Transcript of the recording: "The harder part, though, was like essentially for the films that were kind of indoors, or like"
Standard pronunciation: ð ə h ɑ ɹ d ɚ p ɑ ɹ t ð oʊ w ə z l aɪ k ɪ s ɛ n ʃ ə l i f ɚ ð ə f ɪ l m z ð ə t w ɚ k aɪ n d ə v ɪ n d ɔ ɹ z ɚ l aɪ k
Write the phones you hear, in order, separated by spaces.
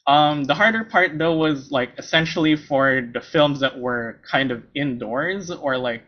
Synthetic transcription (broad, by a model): ð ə h ɑ ɹ d ɚ p ɑ ɹ t ð oʊ w ə z l aɪ k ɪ s ɛ n ʃ l i f ɚ ð ə f ɪ l m z ð ə t w ɚ k aɪ n d ə v ɪ n d ɔ ɹ z ɚ l aɪ k